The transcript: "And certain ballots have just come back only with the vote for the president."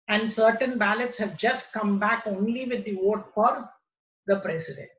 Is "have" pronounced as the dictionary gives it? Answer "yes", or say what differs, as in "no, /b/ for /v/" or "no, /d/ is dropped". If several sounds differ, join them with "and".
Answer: yes